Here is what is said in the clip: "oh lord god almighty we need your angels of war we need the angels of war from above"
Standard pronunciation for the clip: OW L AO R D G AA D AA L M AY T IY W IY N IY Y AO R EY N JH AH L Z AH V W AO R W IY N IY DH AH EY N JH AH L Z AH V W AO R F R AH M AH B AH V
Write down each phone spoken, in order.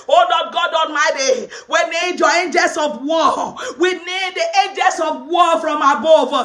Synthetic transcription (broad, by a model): OW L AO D G AA D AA N M AY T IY W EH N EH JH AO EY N JH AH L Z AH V W AO W IY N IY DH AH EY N JH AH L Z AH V W AO F R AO M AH B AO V